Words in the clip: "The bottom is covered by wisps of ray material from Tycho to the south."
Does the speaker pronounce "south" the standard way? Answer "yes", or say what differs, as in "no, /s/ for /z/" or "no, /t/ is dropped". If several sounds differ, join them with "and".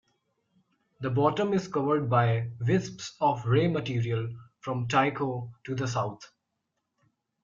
no, /t/ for /θ/